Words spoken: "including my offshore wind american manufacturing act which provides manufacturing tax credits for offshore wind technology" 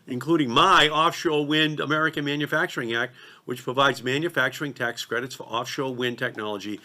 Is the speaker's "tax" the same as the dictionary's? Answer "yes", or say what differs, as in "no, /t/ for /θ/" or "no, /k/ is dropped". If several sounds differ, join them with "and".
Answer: yes